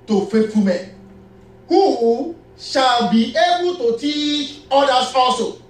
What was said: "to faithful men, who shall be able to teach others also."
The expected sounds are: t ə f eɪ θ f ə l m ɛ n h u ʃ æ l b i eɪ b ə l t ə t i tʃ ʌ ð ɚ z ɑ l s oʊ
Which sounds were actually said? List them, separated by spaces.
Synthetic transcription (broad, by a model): t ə f eɪ t f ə m ɛ n h u ʃ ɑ l b i eɪ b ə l t ə t i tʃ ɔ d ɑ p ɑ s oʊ